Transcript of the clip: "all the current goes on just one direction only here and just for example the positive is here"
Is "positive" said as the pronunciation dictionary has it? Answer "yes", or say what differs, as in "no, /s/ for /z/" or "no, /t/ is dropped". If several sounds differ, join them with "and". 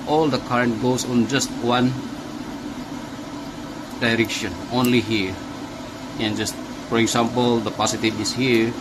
no, /s/ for /z/